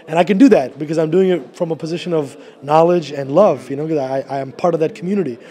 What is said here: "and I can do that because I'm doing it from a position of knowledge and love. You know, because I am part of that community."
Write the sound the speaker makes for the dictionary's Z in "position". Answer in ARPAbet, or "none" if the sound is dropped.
Z